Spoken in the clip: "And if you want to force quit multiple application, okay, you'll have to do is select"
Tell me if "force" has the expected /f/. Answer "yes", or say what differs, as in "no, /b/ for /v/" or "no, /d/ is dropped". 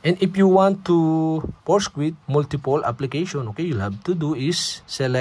no, /p/ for /f/